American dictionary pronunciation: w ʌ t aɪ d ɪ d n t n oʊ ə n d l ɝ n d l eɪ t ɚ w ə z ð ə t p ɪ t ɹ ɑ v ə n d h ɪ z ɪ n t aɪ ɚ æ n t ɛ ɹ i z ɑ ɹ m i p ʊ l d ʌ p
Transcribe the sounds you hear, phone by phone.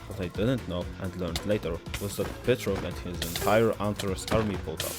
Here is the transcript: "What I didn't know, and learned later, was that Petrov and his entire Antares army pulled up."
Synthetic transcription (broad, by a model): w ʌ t aɪ d ɪ d n t n oʊ ə n d l ɝ n d l eɪ t ɚ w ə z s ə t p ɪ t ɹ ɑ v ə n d h ɪ z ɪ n t aɪ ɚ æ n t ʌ ɹ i s ɑ ɹ m i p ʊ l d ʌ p